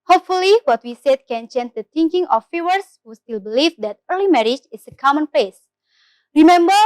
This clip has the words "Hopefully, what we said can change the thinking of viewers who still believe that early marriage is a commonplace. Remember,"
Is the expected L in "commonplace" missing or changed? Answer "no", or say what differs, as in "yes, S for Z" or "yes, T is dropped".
yes, L is dropped